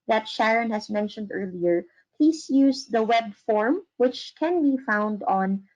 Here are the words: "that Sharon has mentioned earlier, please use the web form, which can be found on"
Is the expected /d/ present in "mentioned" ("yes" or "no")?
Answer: yes